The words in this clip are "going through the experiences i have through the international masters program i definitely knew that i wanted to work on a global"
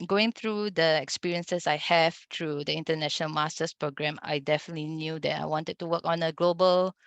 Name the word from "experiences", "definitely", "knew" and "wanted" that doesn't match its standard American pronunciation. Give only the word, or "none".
experiences